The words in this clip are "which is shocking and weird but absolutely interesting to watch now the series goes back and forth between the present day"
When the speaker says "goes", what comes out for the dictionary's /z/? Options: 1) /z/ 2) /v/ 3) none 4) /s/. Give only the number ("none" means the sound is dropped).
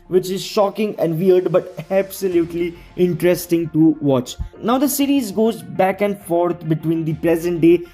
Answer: 1